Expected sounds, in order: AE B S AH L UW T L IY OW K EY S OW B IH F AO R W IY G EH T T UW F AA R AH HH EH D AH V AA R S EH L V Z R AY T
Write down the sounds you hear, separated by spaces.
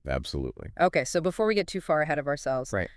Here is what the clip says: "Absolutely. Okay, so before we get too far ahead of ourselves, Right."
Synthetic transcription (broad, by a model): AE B S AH L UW T L IY OW K EY S OW B IH F AO R W IY G EH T T UW F AA R AH HH EH D AH V AA R S EH L V Z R AY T